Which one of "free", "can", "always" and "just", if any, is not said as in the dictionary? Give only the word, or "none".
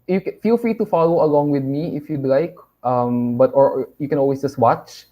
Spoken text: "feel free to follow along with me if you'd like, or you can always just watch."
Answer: always